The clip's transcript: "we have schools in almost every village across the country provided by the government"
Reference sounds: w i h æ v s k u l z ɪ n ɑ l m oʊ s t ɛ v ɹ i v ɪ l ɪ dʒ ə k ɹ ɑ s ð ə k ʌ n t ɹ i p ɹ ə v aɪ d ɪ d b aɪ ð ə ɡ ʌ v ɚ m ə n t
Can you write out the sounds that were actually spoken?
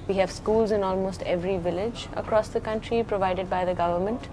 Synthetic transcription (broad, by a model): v i h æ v s k u l z ɪ n ɑ l m oʊ s t ɛ v ɹ i v ɪ l ɪ dʒ ə k ɹ ɑ s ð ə k ʌ n t ɹ i p ɹ ə v aɪ d ɪ d b aɪ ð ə ɡ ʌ v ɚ m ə n t